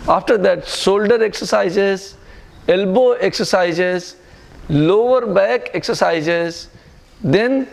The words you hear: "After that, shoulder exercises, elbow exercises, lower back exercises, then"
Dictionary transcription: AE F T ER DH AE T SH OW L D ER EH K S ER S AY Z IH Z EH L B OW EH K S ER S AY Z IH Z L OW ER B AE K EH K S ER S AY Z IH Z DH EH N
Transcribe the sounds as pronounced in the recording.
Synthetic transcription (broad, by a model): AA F T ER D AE T S OW L D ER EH K S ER S AY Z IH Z EH L B OW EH K S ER S AY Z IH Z L OW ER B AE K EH K S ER S AY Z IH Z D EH N